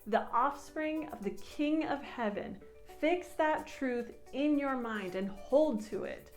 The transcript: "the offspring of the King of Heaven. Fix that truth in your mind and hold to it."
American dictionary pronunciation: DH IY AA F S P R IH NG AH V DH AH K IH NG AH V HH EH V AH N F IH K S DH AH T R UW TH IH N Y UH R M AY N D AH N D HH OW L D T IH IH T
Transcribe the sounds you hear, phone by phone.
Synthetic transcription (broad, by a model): DH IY AA F S P R IH NG AH V DH AH K IH NG AH V HH EH V AH N F IH K S DH AH T R UW TH IH N Y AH R M AY N D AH N HH OW L D T IH IH T